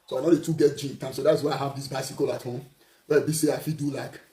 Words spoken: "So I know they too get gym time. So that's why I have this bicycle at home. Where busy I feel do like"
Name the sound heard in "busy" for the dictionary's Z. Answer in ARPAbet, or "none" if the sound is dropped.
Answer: S